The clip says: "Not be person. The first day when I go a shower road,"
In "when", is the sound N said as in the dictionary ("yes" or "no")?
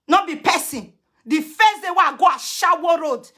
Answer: no